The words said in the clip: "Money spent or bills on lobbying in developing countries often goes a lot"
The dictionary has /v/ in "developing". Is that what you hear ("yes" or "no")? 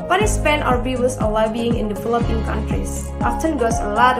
no